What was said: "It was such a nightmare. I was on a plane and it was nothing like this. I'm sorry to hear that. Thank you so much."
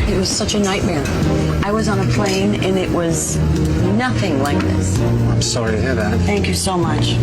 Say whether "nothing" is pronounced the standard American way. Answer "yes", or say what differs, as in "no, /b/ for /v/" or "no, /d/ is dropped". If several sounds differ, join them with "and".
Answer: yes